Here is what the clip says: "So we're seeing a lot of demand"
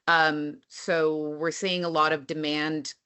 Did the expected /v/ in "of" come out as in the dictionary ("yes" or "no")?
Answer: yes